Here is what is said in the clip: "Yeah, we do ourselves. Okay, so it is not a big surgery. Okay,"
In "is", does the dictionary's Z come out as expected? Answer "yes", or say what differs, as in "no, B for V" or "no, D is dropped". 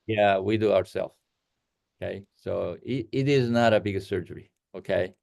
yes